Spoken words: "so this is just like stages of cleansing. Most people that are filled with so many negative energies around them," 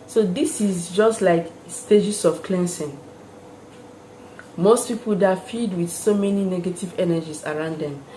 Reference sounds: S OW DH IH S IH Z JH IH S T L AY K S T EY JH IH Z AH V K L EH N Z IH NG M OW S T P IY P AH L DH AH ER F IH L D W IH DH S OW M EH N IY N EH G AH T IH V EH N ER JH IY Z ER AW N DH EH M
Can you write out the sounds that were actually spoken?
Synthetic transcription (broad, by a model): S OW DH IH S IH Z JH IH S T L AY K S T EY JH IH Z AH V K L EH N S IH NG M OW S T P IY P AH L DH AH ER F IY D W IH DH S OW M EH N IY N EH G AH T IH V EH N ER JH IY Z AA AW N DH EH M